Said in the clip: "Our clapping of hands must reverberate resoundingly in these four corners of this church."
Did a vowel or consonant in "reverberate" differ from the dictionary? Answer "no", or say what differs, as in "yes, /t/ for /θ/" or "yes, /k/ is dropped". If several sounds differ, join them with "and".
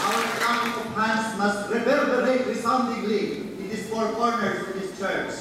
yes, /b/ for /v/